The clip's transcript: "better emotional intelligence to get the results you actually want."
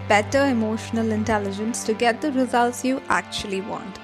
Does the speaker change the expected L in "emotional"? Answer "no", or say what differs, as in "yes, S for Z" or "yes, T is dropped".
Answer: no